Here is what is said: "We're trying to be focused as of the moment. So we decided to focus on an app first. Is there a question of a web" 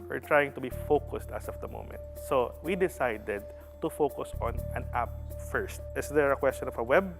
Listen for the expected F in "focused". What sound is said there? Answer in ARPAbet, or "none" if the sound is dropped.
F